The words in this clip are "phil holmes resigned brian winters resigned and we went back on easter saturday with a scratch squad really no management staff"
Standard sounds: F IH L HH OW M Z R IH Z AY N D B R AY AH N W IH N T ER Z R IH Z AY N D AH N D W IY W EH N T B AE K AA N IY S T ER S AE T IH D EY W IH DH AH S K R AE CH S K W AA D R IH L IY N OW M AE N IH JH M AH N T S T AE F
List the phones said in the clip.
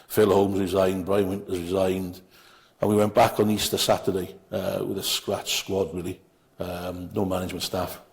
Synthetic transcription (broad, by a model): F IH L HH OW M Z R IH Z AY N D B R AY AH N W IH N T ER Z R IH Z AY N D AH N W IY W EH N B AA K N IY S T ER S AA T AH D EY W IH DH AH S K R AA CH S K W AA D R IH L IY N OW M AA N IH JH M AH N T S T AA F